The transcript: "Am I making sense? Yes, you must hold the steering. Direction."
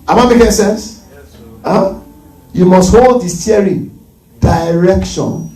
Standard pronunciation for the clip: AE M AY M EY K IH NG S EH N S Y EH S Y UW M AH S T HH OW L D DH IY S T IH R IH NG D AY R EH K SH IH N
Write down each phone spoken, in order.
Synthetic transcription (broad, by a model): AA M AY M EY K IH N S EH N S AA Y UW M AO S T HH OW L D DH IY S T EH R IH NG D AY R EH K SH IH N